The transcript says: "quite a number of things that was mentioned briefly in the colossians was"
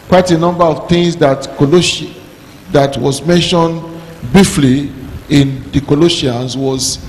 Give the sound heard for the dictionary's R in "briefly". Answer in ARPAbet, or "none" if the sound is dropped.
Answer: none